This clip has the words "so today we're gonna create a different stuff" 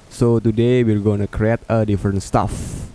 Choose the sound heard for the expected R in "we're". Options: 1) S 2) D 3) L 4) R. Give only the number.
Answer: 3